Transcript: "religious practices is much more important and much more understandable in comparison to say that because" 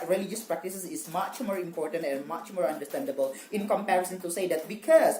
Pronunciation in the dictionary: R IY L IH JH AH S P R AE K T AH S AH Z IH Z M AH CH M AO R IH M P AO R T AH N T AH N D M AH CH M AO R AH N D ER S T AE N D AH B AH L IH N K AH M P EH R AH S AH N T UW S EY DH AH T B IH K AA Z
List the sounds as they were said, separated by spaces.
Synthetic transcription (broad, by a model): R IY L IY JH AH S P R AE K T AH S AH S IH S M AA CH M AO R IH M P AO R T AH N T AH N M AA CH M AO R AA N D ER S T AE N D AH B AH L IH N K AH M P EH R AH S AH N T UW S EY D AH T B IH K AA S